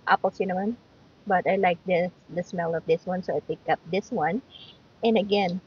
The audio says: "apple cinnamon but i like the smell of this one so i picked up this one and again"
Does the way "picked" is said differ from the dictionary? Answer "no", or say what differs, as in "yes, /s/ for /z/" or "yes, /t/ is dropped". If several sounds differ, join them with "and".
yes, /t/ is dropped